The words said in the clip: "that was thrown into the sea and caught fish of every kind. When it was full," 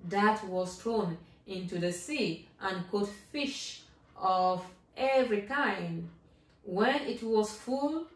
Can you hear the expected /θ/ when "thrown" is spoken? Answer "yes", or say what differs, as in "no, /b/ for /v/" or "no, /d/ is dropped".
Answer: no, /t/ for /θ/